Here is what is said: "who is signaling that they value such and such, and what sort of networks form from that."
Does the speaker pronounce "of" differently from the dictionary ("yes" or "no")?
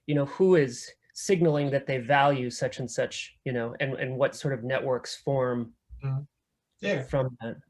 no